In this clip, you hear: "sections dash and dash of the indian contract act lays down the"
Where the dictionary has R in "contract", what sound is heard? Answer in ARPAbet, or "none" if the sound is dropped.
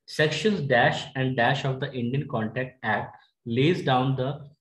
none